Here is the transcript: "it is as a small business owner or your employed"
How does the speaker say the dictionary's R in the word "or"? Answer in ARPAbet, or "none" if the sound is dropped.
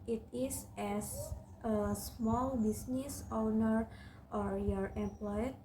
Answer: R